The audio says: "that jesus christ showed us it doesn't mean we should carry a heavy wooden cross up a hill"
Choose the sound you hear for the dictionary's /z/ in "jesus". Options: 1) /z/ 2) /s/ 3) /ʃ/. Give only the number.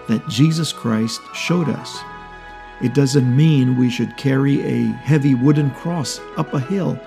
1